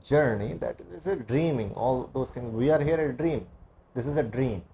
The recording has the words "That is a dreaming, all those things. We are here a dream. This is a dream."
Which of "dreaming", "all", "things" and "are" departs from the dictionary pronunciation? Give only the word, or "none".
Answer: things